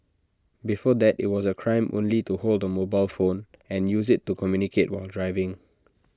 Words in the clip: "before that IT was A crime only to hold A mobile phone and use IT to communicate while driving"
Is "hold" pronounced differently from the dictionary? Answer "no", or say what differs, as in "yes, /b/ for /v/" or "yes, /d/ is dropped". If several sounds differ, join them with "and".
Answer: no